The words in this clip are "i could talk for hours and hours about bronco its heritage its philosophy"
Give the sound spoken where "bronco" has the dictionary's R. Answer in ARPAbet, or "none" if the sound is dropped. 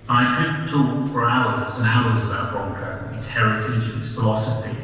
none